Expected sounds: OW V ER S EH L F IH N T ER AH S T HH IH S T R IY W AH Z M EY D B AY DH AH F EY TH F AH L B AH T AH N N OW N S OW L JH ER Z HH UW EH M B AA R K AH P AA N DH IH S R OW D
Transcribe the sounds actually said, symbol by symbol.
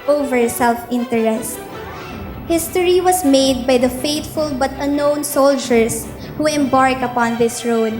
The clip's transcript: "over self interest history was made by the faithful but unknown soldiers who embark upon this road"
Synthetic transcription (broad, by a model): OW V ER S EH L F IH N T ER AH S T HH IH S T R IY W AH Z M EY D B AY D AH F EY T F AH L B AH T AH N N OW N S OW L JH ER S HH UW EH M B AA R K AH P AA N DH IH S R OW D